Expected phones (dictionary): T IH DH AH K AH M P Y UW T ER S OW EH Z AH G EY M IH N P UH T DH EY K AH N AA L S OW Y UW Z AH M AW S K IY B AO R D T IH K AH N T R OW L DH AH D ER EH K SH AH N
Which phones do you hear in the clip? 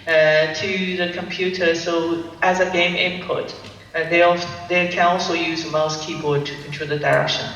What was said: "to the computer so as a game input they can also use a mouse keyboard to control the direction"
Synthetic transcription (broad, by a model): T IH DH AH K AH M P Y UW T ER S OW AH Z AH G EY M IH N P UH T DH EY K AH N AA L S OW Y UW Z AH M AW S K IY B AO R D T IH K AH N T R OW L DH AH D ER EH K SH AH N